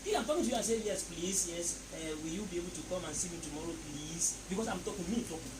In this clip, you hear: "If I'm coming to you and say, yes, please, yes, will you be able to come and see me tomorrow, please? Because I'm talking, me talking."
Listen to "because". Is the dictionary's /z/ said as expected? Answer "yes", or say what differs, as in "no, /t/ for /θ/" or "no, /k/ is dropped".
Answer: no, /s/ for /z/